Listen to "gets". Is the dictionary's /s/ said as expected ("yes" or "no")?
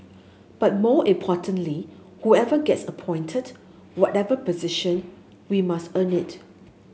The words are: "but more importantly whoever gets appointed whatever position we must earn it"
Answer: yes